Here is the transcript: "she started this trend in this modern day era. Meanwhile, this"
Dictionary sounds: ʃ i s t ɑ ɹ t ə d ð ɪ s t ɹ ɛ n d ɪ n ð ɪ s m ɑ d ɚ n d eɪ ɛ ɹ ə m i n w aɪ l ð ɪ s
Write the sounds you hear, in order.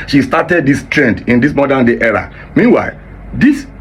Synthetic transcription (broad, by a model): ʃ i s t ɑ t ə d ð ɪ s t ɹ ɛ n d ɪ n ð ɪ s m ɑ d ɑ n d eɪ ɛ ɹ ə m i n w aɪ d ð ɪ s